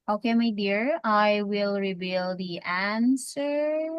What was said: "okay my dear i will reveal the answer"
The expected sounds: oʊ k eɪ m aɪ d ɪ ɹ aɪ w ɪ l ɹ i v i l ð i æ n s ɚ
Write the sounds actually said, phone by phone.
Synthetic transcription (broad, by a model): oʊ k eɪ m aɪ d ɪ ɹ aɪ w ɪ l ɹ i b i l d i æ n s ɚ